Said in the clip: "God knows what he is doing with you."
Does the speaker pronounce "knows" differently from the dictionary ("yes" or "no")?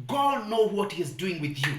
yes